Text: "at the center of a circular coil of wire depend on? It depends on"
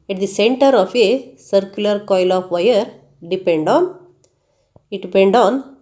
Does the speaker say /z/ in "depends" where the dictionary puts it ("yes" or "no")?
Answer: no